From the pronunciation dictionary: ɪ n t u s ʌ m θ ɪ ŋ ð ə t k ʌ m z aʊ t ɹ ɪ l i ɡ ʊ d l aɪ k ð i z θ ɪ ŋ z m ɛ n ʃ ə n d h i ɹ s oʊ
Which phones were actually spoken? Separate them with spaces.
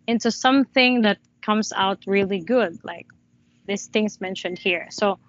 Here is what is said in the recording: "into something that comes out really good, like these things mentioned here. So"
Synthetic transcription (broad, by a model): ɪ n t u s ʌ m θ ɪ ŋ ð ə t k ʌ m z aʊ t ɹ ɪ l i ɡ ʊ d l aɪ k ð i s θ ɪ ŋ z m ɛ n ʃ ə n d h i ɹ s oʊ